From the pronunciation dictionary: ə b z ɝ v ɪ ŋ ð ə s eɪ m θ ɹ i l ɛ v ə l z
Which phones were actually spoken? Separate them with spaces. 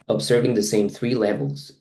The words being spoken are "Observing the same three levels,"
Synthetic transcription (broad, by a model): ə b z ɝ v ɪ ŋ ð ə s eɪ m θ ɹ i l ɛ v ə l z